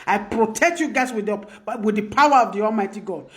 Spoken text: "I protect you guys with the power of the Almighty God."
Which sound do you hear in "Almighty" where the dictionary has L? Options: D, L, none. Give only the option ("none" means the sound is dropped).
L